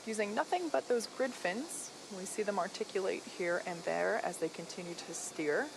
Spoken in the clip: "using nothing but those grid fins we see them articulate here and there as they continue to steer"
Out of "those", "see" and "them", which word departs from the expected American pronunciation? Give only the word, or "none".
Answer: none